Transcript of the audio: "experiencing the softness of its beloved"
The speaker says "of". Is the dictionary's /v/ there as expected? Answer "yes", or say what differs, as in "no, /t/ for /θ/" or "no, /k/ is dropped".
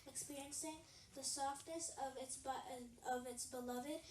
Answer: yes